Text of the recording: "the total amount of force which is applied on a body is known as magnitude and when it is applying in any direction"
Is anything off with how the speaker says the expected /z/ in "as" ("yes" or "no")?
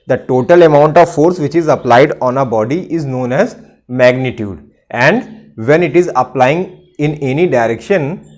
no